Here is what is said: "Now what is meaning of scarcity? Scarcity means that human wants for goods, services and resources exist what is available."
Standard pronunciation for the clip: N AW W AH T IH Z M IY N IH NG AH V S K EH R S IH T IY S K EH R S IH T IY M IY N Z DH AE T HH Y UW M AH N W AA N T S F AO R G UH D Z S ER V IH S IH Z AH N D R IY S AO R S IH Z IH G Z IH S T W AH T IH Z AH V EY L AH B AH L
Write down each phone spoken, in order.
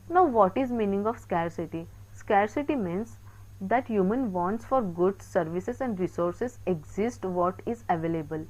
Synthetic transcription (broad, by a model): N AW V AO T IH Z M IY N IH NG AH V S K EH R S IH T IY S K EH R S IH T IY M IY N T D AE T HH Y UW M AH N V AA N T S F AO R G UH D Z S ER V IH S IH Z AH N D R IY S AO R S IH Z IH G Z IH S T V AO T IH Z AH V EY L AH B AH L